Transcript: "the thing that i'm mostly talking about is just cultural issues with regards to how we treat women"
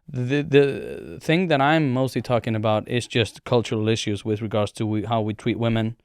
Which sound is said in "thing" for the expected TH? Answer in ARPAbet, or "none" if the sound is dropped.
TH